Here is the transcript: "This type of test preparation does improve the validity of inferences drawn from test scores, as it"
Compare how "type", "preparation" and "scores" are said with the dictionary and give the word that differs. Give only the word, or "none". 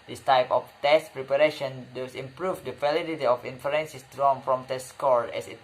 scores